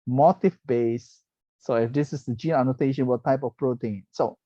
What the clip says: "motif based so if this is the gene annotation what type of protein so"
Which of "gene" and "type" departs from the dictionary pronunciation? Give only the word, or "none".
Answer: none